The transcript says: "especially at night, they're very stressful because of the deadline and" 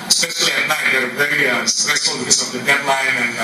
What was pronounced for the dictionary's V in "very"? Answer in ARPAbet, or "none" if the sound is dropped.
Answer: P